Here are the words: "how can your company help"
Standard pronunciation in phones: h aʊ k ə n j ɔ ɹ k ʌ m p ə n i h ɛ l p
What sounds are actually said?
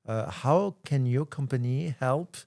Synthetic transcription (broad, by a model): h aʊ k ə n j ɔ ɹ k ʌ m p ə n i h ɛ l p